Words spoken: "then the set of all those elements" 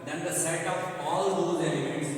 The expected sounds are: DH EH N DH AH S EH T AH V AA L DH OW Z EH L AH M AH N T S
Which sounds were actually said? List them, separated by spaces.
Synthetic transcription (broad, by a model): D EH N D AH S EH T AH P AA L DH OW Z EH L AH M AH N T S